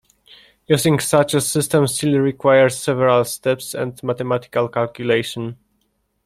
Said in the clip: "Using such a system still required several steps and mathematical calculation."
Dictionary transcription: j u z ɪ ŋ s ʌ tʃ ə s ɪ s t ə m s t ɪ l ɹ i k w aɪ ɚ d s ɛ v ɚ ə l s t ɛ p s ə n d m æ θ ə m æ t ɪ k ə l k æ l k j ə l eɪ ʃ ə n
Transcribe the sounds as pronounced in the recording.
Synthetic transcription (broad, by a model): j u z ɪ ŋ s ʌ tʃ ə s ɪ s t ə m s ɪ l ɹ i k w aɪ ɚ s s ɛ v ɚ ə l s t ɛ p s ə n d m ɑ t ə m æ t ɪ k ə l k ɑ l k j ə l eɪ ʃ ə n